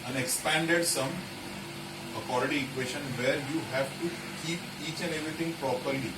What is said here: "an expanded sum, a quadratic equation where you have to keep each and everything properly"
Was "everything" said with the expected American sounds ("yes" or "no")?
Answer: no